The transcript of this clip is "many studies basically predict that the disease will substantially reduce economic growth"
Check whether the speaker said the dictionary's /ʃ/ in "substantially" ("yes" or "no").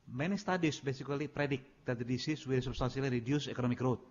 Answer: no